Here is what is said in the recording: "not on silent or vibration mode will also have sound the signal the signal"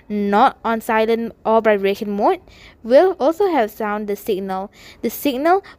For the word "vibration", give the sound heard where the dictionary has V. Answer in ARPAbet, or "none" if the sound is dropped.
B